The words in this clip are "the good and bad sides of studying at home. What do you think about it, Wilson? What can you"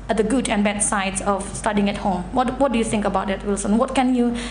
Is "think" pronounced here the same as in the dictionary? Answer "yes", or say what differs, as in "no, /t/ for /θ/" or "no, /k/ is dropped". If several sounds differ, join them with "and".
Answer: yes